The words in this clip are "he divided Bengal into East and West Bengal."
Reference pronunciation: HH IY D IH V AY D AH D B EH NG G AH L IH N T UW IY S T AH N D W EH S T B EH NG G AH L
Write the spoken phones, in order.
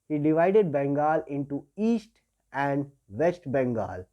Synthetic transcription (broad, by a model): HH IY D IH V AY D AH D B EH NG G AH L IH N T UW IY S T AH N D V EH S T B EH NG G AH L